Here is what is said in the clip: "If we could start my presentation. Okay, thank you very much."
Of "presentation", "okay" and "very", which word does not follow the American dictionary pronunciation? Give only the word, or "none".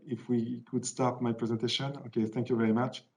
none